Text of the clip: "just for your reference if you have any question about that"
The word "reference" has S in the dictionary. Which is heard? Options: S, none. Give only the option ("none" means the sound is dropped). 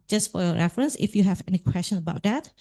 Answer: S